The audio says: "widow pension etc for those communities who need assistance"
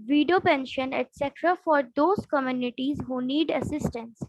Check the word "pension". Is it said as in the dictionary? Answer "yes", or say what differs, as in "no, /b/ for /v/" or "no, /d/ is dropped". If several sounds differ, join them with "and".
yes